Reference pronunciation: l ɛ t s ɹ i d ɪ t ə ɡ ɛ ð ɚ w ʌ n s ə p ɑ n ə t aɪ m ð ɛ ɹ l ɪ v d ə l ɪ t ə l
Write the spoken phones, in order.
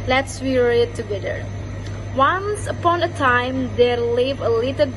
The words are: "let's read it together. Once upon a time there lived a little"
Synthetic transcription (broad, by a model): l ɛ t s w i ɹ ɪ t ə ɡ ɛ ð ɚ w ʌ n s ə p ɑ n ə t aɪ m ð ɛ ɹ l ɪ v ə l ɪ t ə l